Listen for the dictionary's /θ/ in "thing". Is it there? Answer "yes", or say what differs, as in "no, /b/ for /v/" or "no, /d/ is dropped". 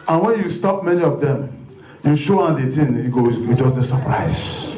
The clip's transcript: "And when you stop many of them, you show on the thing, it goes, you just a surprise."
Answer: no, /t/ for /θ/